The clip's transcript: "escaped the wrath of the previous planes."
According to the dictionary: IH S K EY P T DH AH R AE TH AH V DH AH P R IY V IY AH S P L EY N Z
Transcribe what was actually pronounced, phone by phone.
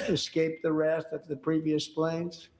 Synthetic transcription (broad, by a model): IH S K EY P DH AH R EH T AH V DH AH P R IY V IY AH S P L EY N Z